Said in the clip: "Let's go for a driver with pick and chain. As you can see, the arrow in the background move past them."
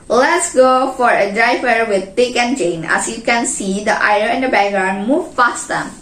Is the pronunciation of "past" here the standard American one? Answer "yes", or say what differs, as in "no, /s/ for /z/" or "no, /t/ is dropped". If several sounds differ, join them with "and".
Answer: no, /f/ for /p/